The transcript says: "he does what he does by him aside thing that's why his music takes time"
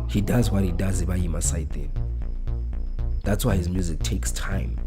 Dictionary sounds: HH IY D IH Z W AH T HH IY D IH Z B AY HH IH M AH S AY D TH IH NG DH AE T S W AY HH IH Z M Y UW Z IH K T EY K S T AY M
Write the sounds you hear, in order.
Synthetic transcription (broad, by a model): HH IY D IH Z W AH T HH IY D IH Z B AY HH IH M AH S AY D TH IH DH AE T S W AY HH IH Z M Y UW Z IH K T EY K S T AY M